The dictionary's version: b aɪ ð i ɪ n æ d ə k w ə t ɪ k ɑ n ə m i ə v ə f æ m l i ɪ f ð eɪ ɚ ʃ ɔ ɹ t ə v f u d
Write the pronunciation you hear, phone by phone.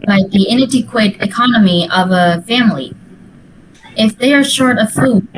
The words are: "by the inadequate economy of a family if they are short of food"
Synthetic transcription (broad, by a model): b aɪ ð i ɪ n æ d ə k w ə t ɪ k ɑ n ə m i ə v ə f æ m l i ɪ f ð eɪ ɚ ʃ ɔ ɹ t ə v f u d